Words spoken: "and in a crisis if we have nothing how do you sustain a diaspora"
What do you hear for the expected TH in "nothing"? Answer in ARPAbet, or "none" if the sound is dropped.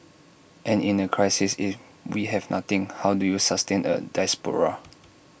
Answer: T